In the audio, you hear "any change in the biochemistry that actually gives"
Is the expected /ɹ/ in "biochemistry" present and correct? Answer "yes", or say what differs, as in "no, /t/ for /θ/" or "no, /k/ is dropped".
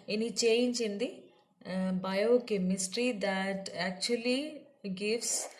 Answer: yes